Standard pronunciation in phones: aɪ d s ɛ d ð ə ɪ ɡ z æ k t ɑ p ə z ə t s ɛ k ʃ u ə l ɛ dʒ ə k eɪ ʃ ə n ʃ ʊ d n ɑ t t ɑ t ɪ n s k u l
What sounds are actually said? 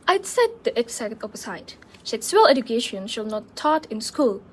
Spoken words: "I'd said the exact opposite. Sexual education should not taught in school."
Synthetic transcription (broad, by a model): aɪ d s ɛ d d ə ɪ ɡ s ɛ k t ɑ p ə s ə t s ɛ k s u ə l ɛ dʒ ə k eɪ ʃ ə n ʃ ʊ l n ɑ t t ɑ t ɪ n s k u l